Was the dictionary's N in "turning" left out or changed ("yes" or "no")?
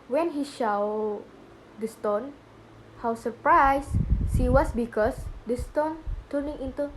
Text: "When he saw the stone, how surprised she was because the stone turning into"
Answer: no